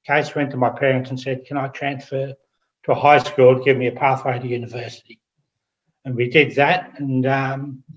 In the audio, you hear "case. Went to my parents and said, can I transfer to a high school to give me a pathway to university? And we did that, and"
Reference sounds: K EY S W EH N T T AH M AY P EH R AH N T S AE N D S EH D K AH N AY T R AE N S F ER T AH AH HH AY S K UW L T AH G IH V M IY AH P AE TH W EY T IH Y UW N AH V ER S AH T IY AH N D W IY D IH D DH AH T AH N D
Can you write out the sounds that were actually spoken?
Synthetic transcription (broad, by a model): K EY S W EH N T T AH M AY P EH R AH N T S N S EH D K AH N AY T R AE N S F ER T AH AH HH AY S K UW L T AH G IH V M IY AH P AE TH W EY T IH Y UW N AH V ER S AH T IY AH N W IY D IH D DH AH T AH N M